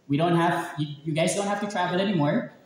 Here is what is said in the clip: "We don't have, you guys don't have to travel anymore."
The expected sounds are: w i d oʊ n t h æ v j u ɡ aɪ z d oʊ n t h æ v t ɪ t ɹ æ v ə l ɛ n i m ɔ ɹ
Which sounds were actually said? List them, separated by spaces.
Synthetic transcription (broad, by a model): w i d oʊ n t h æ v j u ɡ aɪ z d oʊ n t h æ f t ɪ t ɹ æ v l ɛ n i m ɔ ɹ